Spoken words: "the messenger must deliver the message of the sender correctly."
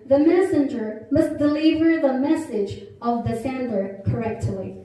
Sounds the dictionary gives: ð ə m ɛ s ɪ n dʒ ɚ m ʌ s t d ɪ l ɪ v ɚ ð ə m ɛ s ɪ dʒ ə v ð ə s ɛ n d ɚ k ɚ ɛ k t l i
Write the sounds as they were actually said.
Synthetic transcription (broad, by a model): ð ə m ɛ s ɪ n dʒ ɚ m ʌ s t d ɪ l ɪ v ɚ ð ə m ɛ s ɪ dʒ ə v ð ə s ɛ n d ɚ k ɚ ɛ k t l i